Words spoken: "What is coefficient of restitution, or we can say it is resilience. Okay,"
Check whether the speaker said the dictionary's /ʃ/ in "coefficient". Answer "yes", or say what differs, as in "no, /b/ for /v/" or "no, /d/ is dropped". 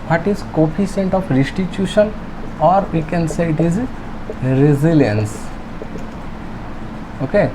no, /s/ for /ʃ/